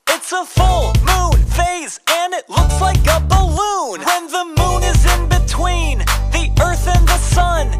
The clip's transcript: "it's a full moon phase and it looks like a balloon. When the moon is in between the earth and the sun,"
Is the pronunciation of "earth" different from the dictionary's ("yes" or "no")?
no